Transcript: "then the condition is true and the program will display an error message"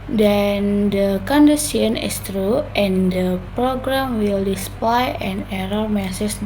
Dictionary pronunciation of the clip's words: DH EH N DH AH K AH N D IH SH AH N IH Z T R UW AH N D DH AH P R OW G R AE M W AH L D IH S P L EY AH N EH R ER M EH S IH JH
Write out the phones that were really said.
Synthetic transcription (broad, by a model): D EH N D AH K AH N D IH S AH N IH S T R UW AH N D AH P R OW G R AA M W AH L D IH S P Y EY AH N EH R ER M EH S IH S